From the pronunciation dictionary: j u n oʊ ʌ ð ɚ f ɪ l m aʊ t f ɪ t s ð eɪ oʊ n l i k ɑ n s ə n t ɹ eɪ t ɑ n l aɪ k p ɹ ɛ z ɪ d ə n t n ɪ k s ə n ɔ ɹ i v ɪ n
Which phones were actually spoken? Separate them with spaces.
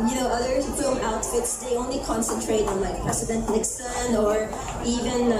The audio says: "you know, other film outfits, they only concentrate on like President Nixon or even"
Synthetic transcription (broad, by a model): j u n oʊ ʌ ð ɚ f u m aʊ t f ɪ t s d eɪ oʊ n l i k ɑ n s ə n t ɹ eɪ t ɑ n l aɪ k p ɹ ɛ s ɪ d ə n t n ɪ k s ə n ɔ ɹ i v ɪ n